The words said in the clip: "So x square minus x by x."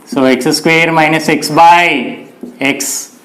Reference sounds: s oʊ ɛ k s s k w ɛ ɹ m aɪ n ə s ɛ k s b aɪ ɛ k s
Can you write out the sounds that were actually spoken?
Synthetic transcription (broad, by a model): s oʊ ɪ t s s k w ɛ ɹ m aɪ n ə s ɛ k s b aɪ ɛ k s